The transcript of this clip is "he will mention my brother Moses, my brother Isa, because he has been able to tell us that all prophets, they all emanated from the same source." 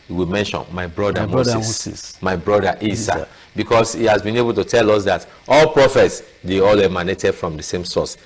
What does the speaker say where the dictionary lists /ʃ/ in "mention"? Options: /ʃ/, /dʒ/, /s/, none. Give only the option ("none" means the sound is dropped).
/ʃ/